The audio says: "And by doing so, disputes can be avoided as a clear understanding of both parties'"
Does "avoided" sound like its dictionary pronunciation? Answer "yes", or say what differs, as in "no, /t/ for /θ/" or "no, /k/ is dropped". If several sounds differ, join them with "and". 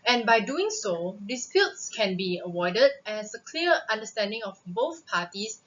no, /w/ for /v/